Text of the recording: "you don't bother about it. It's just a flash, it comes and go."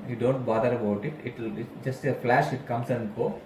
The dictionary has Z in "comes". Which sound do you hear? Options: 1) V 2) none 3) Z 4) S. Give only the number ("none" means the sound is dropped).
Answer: 4